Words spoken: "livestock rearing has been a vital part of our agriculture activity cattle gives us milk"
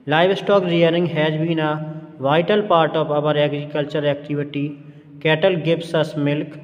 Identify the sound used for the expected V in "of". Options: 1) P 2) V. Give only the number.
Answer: 1